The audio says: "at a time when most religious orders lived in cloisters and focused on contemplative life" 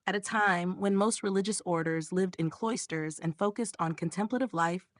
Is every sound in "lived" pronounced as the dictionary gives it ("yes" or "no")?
yes